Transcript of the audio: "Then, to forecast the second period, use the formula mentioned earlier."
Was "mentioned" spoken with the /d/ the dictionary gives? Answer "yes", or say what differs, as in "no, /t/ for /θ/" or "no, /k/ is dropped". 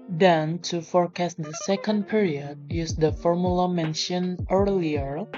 no, /d/ is dropped